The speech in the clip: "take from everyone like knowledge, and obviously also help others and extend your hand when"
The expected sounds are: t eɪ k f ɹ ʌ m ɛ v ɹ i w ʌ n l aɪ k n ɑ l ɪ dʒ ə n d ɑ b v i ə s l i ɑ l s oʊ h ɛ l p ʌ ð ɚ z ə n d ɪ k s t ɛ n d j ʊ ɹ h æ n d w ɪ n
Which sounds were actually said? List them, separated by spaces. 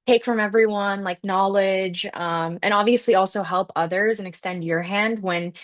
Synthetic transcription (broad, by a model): t eɪ k f ɹ ʌ m ɛ v ɹ i w ʌ n l aɪ k n ɑ l ɪ dʒ ə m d ɑ b v i ə s l i ɑ l s oʊ h ɛ l p ʌ ð ɚ z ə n ɪ k s t ɛ n d j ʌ ɹ h æ n d w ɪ n